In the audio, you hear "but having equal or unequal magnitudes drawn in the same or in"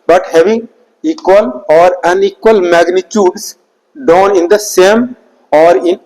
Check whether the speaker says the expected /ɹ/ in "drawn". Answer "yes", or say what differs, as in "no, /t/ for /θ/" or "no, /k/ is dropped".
no, /ɹ/ is dropped